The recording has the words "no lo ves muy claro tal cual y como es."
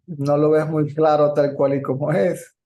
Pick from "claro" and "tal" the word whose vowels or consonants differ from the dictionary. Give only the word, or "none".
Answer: none